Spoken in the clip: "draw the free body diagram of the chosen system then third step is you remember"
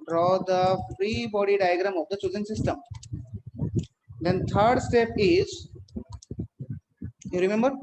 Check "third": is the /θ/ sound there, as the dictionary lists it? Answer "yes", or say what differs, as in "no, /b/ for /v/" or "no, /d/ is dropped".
no, /t/ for /θ/